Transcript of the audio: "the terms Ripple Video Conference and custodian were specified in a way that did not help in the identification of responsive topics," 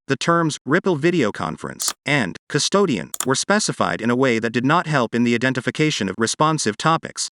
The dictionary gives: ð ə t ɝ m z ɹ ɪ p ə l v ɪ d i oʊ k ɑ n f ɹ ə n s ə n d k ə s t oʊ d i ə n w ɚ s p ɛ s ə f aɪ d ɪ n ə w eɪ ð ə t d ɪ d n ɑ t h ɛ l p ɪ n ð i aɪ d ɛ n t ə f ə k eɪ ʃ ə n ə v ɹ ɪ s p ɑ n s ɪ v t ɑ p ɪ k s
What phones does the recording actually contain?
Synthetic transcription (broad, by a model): ð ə t ɝ m z ɹ ɪ p l v ɪ d i oʊ k ɑ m f ɹ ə n s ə n k ə s t oʊ d i ə n w ɚ s p ɛ s ə f aɪ d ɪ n ə w eɪ ð ə t d ɪ d n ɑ t h ɛ l p ɪ n ð i aɪ d ɛ n t ə f ə k eɪ ʃ ə n ə v ɹ ɪ s p ɑ n s ɪ v t ɑ p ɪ k s